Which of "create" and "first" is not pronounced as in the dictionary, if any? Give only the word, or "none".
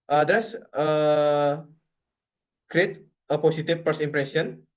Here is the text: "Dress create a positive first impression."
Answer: first